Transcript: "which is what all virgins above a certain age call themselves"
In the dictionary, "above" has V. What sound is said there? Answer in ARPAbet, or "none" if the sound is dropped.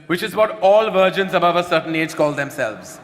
V